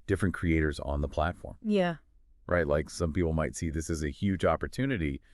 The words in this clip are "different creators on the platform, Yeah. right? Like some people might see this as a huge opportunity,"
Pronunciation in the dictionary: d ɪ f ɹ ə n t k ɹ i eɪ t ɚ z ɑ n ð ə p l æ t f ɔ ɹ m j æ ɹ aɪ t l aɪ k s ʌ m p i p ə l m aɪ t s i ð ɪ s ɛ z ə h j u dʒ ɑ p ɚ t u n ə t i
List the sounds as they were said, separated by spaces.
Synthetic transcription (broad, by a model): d ɪ f ɹ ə n k ɹ i eɪ t ɚ z n ð ə p l æ t f ɔ ɹ m j æ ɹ aɪ t l aɪ k s ʌ m p i p l m aɪ t s i ð ɪ s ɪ z ə h j u dʒ ɑ p ɚ t u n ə t i